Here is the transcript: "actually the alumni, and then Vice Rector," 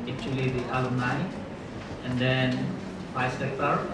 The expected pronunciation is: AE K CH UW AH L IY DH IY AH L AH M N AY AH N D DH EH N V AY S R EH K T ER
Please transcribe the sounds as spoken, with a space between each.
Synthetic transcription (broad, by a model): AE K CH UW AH L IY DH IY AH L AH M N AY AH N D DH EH N F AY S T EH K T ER